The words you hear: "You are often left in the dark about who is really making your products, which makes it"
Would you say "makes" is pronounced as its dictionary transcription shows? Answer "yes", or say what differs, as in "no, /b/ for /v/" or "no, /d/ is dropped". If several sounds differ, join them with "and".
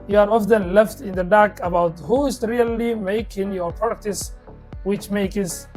no, /s/ is dropped